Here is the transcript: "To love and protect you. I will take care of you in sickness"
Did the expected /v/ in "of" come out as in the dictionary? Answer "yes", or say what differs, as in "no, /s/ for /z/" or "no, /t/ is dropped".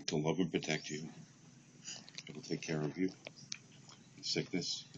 yes